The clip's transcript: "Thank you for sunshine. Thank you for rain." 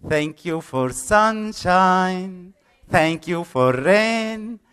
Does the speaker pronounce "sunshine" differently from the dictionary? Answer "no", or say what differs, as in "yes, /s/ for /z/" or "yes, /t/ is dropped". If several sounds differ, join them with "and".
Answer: no